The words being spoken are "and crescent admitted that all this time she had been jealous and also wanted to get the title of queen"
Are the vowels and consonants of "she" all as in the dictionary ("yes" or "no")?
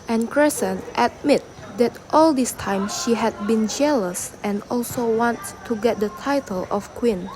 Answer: yes